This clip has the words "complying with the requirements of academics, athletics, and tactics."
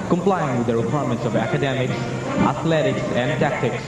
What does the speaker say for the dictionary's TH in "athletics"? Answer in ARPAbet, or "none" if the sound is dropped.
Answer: T